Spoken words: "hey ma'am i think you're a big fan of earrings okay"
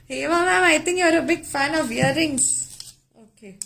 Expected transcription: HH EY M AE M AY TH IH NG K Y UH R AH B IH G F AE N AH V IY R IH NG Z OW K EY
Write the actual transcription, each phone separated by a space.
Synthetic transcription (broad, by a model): HH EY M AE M AY T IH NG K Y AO R AH B IH G F AE N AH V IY R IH NG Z OW K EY